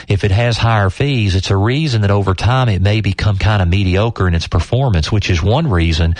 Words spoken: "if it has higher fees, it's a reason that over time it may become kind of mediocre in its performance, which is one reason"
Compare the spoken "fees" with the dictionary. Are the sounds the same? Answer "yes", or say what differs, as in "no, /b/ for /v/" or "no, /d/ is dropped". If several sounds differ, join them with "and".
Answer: yes